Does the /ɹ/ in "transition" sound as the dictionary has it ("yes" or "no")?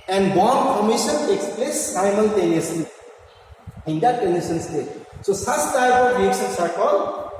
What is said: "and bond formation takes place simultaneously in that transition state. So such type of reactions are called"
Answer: no